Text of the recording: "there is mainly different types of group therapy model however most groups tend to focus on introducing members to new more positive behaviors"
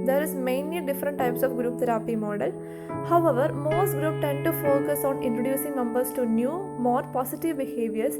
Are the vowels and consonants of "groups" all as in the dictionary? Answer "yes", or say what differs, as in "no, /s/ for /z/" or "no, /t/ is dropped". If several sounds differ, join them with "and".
no, /s/ is dropped